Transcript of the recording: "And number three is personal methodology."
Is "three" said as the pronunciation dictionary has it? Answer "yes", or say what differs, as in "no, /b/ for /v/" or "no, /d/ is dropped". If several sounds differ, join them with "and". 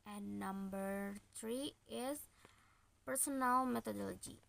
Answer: no, /t/ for /θ/